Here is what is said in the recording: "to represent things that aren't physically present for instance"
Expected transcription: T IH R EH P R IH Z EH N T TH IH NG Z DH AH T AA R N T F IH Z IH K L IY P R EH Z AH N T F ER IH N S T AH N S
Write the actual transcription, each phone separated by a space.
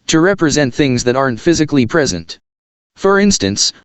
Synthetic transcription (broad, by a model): T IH R EH P R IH Z EH N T TH IH NG Z DH AH T AA R N T F IH Z IH K L IY P R EH Z AH N T F ER IH N S T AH N S